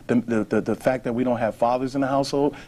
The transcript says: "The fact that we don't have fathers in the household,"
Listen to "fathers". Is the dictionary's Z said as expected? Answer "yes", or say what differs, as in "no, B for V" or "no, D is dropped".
yes